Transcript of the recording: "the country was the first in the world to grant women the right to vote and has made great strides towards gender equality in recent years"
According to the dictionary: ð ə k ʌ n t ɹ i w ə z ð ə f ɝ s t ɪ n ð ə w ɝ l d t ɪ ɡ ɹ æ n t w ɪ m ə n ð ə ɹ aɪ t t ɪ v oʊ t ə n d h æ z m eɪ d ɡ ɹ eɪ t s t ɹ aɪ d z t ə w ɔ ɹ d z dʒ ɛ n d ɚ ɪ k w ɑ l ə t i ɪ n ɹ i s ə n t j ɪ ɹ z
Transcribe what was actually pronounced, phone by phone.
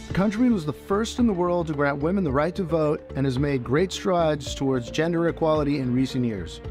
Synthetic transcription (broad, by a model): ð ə k ʌ n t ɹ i w ə z ð ə f ɝ s t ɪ n ð ə w ɝ l d t ɪ ɡ ɹ æ n t w ɪ m ə n ð ə ɹ aɪ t t ɪ v oʊ t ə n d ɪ z m eɪ d ɡ ɹ eɪ t s t ɹ aɪ d z t ə w ɔ ɹ d z dʒ ɛ n d ɚ ɪ k w ɑ l ə t i ɪ n ɹ i s ə n t j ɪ ɹ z